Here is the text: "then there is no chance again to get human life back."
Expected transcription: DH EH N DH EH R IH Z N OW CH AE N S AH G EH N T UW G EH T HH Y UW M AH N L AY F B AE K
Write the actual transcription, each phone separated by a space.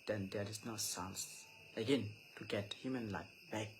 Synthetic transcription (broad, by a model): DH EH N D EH R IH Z N OW S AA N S AH G EH N T UW G EH T HH Y UW M AH N L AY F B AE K